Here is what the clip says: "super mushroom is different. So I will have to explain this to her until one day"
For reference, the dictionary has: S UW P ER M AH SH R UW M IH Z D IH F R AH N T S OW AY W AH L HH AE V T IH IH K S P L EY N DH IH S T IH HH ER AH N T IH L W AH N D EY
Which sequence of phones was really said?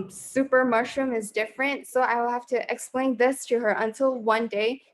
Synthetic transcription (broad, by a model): S UW P ER M AH SH R UW M IH Z D IH F R AH N T S OW AY W AH L HH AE F T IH IH K S P L EY N DH IH S T IH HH ER AH N T IH L W AH N D EY